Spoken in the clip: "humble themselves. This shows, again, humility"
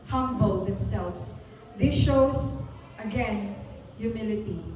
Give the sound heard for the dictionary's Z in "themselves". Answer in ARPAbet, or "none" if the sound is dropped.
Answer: S